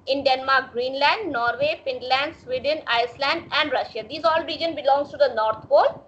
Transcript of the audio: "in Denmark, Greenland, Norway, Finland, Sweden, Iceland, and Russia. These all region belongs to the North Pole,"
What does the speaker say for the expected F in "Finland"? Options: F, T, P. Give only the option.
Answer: P